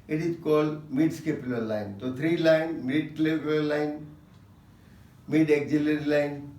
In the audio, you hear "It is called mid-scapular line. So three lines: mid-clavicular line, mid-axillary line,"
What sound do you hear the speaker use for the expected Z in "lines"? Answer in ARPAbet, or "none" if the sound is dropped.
none